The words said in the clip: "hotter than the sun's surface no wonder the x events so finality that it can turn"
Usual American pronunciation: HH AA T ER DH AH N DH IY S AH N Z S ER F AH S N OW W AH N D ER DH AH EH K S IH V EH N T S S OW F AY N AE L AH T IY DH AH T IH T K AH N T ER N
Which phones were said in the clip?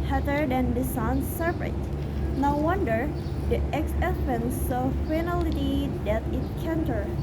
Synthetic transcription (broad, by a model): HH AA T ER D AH N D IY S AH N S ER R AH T N OW W AH N D ER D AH EH K S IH F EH N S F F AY N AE L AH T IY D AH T IH T K AH N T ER